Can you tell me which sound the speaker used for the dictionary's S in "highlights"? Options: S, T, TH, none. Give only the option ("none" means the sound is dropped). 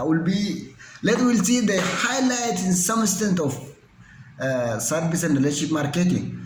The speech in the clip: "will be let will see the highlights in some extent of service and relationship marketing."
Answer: none